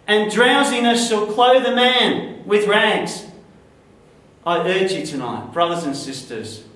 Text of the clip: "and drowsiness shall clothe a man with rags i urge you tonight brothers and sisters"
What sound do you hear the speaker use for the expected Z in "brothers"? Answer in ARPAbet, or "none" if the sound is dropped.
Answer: Z